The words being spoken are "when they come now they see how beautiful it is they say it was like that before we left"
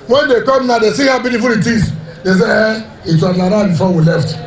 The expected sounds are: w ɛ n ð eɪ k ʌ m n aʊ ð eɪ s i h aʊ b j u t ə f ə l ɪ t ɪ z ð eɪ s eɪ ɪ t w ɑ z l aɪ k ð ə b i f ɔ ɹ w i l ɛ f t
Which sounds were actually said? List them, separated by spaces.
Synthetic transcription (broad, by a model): w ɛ n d eɪ k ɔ m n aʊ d eɪ s i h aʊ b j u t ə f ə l ɪ t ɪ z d eɪ s eɪ ɪ t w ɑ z n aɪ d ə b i f ɔ w i l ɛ f t